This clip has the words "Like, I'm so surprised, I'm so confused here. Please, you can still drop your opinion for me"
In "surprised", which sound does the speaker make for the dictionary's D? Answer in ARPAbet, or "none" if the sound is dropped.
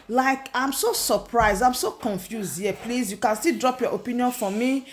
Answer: D